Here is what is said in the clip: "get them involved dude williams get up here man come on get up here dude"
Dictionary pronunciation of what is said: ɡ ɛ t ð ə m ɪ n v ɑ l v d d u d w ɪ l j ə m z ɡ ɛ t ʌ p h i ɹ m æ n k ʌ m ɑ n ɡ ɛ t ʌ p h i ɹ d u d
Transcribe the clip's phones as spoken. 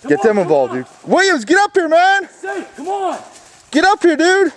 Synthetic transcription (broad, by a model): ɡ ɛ t ð ə m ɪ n v ɑ l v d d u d w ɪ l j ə z ɡ ɛ t ʌ p h i ɹ m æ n n ɡ ɛ t ʌ p h i ɹ d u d